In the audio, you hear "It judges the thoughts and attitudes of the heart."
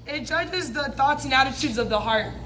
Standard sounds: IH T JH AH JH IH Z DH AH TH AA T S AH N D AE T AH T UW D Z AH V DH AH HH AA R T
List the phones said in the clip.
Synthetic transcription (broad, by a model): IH T JH AH JH IH Z DH AH TH AA T S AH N AE T AH T UW D Z AH V DH AH HH AA R T